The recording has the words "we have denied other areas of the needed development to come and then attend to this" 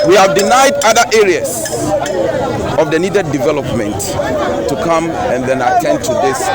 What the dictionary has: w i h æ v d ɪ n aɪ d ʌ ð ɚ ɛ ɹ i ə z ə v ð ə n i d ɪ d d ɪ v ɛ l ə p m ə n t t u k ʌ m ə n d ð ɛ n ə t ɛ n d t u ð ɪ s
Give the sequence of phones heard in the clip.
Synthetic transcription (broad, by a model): w i h æ v d ɪ n aɪ d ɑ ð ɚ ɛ ɹ i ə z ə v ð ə n i d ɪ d d ɪ v ɛ l ə p m ə n t t u k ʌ m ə n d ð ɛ n ə t ɛ n d t u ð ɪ s